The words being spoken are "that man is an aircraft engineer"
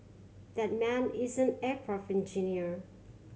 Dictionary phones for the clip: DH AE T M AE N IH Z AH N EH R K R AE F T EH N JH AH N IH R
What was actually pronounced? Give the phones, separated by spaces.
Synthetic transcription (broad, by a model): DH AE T M AE N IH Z AH N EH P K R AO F EH N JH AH N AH R